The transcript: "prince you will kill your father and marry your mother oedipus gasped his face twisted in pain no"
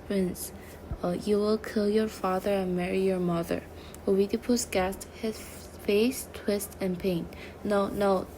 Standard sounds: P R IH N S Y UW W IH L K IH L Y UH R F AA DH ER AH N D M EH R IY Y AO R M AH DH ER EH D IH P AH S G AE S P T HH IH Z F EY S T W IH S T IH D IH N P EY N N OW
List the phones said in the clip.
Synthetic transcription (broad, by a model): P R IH N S Y UW W IH L K IH L Y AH R F AA DH ER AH N M EH R IY Y AO R M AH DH ER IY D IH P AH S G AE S T HH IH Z F EY S T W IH S T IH IH N P EY N N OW